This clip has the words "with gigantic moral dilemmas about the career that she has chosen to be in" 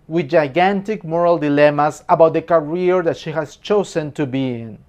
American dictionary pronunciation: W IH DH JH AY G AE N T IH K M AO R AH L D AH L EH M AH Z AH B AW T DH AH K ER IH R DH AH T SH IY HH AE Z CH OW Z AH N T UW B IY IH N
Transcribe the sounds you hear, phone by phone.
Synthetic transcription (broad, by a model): W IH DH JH AY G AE N T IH K M AO R AH L D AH L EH M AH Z AH B AW T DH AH K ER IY R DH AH T SH IY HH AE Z CH OW S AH N T UW B IY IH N